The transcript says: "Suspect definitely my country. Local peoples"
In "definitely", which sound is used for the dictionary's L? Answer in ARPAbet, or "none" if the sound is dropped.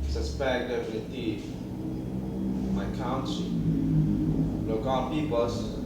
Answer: none